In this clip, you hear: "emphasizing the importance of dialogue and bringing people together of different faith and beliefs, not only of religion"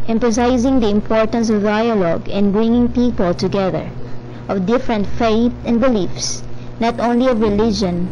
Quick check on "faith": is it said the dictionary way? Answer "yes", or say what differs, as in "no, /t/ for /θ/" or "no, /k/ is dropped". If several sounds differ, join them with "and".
no, /t/ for /θ/